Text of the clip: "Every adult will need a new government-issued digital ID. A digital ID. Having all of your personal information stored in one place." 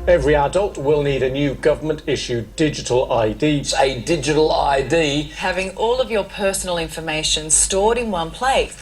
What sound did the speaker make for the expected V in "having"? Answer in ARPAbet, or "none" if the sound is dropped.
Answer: V